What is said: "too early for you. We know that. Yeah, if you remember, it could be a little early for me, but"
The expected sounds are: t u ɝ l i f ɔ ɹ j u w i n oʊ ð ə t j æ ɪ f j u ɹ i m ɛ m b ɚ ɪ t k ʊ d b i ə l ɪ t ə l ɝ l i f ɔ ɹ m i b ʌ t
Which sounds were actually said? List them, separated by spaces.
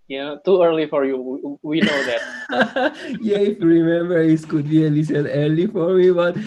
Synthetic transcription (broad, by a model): t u ɝ l i f ɔ ɹ j u w i n oʊ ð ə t j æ ɪ f j u ɹ i m ɛ m b ɚ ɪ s k ʊ d b i ə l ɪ s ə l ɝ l i f ɔ ɹ m i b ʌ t